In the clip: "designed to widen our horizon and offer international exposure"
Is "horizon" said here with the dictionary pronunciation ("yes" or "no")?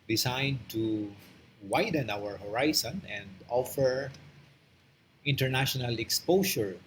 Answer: no